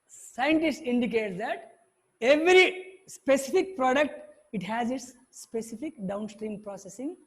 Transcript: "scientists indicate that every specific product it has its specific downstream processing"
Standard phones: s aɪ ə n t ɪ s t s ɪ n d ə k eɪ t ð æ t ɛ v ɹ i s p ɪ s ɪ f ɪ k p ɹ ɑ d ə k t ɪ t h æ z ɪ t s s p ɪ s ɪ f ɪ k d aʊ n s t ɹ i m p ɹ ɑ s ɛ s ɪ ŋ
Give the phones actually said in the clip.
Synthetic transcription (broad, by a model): s aɪ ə n t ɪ s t ɪ n d ə k eɪ t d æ t ɛ v ɹ i s p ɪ s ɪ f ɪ k p ɹ ɑ d ə k t ɪ t h æ z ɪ t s s p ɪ s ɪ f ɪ k d aʊ n s t ɹ i m p ɹ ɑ s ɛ s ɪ ŋ